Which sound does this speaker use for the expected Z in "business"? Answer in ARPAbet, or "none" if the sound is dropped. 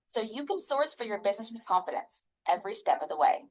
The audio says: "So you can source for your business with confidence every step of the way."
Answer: Z